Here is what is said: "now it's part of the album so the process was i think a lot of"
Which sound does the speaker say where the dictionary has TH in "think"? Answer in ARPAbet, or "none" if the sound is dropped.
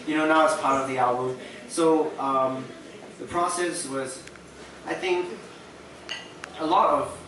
TH